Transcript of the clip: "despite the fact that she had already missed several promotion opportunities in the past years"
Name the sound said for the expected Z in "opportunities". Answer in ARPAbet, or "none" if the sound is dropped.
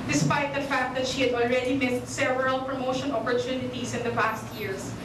S